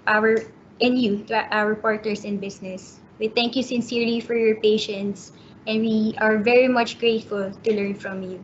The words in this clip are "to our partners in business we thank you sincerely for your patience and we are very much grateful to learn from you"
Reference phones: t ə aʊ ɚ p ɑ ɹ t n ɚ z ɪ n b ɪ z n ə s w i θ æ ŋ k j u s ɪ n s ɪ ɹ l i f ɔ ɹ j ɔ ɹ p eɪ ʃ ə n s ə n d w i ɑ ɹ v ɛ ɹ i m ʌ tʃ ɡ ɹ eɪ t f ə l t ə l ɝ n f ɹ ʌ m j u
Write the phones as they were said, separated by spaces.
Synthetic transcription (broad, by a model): t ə aʊ ɚ p ɑ ɹ t n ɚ s ɪ n b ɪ s n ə s w i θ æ ŋ k j u s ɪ n s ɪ ɹ l i f ɔ ɹ j ɔ ɹ p eɪ ʃ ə n s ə n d w i ɑ ɹ v ɛ ɹ i m ʌ tʃ ɡ ɹ eɪ t f ə l t ə l ɝ n f ɹ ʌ m j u